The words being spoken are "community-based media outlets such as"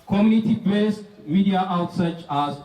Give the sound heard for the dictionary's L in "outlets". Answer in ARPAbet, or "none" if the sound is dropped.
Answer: none